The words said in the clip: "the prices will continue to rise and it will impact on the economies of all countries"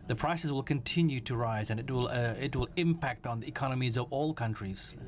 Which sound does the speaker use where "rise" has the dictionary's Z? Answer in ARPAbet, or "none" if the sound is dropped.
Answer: Z